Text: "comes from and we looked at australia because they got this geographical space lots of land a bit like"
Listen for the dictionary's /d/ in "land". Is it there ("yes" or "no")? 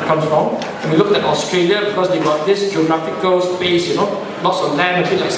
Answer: no